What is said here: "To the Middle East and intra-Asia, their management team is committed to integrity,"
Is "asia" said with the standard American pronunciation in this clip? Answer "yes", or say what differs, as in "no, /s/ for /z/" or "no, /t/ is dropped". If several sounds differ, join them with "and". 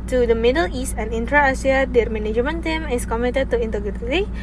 no, /s/ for /ʒ/